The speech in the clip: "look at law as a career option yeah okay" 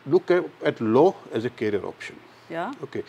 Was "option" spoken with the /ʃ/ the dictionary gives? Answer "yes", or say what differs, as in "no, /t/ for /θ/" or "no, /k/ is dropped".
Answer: yes